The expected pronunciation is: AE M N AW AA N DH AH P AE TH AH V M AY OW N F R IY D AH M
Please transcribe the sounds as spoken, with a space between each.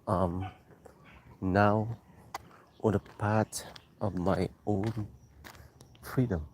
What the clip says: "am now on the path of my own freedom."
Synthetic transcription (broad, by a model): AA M N AW AA N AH P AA T AH V M AY OW N F R IY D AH M